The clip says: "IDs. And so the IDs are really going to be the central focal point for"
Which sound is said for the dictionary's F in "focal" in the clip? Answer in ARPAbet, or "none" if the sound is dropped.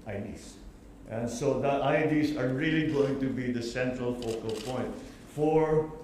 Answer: F